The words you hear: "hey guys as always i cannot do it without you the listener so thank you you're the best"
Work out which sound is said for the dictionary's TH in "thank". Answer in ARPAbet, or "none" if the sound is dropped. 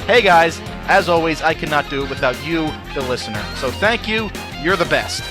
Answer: TH